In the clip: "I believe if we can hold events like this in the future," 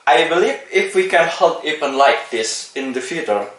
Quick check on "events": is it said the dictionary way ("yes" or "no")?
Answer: no